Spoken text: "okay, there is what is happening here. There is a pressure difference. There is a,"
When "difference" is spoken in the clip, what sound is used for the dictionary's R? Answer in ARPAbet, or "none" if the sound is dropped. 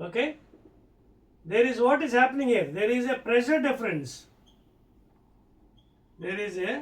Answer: R